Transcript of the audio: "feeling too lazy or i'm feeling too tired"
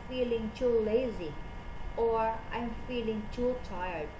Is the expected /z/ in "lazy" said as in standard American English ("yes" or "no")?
yes